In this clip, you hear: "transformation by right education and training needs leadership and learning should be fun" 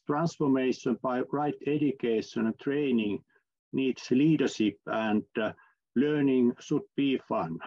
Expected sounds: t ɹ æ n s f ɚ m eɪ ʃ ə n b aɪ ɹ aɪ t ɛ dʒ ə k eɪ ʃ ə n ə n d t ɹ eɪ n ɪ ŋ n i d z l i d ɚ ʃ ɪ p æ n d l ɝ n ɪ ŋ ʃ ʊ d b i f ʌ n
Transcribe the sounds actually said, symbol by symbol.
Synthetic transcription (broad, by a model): t ɹ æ n s f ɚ m eɪ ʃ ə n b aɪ ɹ aɪ t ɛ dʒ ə k eɪ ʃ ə n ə n t ɹ eɪ n ɪ ŋ n i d s l i d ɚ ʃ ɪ p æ n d l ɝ n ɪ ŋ s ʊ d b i f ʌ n